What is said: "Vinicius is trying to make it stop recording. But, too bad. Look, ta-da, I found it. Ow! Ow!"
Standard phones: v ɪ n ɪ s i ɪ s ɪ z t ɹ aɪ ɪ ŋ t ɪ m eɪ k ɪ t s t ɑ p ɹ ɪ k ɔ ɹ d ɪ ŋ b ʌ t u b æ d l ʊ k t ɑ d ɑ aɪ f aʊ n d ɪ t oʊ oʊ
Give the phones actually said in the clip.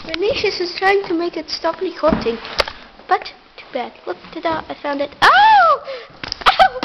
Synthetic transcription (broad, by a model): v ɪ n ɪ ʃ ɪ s ɪ z t ɹ aɪ ɪ ŋ t ɪ m eɪ k ɪ t s t ɑ p l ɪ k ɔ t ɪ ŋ b ʌ t u b æ d l ʊ k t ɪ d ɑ aɪ f aʊ n d ɪ t oʊ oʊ